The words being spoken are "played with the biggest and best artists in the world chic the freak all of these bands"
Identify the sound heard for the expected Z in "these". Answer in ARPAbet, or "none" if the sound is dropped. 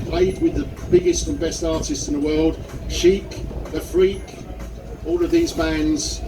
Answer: Z